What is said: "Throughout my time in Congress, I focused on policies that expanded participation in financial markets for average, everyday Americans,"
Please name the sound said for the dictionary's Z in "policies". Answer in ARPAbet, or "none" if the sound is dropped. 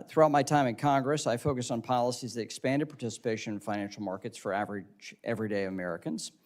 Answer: Z